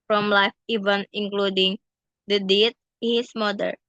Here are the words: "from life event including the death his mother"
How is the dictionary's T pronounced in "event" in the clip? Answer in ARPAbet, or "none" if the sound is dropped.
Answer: none